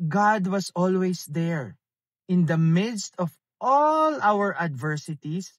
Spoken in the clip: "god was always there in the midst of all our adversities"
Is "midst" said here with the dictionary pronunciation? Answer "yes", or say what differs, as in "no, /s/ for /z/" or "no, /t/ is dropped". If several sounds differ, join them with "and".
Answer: yes